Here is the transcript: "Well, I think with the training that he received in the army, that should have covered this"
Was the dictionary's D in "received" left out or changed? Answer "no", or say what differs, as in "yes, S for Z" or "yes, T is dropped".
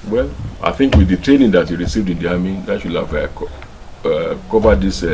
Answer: no